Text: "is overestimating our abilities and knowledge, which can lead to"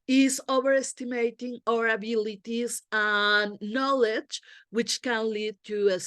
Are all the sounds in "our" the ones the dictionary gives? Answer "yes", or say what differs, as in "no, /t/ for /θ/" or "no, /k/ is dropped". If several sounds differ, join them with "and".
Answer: yes